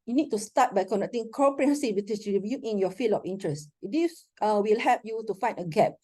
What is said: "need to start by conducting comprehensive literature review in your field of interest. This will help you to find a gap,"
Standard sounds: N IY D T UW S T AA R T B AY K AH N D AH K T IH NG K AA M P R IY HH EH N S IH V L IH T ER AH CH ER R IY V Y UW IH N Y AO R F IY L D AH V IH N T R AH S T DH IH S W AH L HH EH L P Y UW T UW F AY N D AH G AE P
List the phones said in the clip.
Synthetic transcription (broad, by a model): N IY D T UW S T AA T B AY K AH N D AH K T IH NG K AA P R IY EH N S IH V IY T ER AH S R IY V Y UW IH N Y AO F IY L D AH F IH N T R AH S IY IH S W AH L HH EH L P Y UW T UW F AY N D AH G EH P